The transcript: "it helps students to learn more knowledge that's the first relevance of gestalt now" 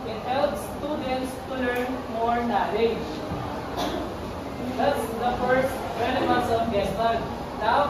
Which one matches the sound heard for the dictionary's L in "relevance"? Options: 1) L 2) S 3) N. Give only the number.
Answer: 3